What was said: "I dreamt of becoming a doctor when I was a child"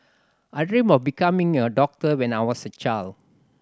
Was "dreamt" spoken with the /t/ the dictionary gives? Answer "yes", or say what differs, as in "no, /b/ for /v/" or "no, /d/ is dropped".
no, /t/ is dropped